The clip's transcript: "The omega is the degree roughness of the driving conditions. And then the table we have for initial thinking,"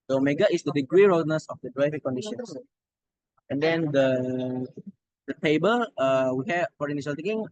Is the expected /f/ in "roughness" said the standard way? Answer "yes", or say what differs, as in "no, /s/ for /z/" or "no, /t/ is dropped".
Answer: no, /f/ is dropped